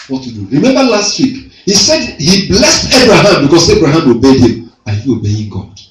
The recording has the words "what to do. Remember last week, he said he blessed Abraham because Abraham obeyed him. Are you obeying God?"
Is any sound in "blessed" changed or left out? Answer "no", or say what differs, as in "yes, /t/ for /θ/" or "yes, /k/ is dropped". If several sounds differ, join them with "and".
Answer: no